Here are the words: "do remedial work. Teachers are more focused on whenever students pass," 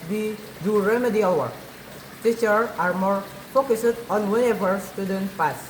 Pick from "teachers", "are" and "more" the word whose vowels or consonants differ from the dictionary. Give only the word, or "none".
teachers